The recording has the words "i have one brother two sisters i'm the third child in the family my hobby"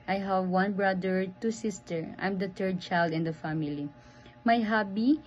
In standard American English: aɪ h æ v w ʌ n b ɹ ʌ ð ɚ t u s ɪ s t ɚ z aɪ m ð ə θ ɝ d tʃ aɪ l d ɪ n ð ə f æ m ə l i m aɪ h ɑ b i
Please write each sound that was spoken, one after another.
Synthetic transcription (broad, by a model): aɪ h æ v w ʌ n b ɹ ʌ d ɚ t u s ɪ s t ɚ aɪ m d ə t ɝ d tʃ aɪ l d ɪ n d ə f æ m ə l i m aɪ h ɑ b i